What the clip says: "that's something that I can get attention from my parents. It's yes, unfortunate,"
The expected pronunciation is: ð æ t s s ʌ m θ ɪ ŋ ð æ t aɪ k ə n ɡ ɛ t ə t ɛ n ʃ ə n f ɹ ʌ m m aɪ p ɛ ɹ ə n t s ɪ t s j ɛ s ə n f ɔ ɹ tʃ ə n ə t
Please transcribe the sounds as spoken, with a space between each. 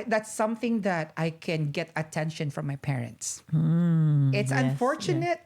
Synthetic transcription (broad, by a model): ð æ t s s ʌ m θ ɪ ŋ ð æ t aɪ k ə n ɡ ɛ t ə t ɛ n ʃ ə n f ɹ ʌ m m aɪ p ɛ ɹ ə n t s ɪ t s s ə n f ɔ ɹ tʃ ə n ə t